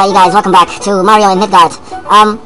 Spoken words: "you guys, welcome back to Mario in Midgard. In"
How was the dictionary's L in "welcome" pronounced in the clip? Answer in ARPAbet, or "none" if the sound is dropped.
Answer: none